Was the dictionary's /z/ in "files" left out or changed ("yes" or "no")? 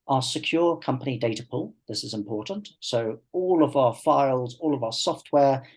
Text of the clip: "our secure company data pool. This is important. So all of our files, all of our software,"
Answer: no